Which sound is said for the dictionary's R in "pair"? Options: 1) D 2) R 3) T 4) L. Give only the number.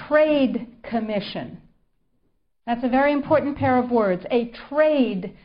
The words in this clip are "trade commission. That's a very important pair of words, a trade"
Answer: 2